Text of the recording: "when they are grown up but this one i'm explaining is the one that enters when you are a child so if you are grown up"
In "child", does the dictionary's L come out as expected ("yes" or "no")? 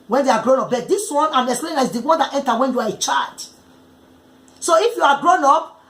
no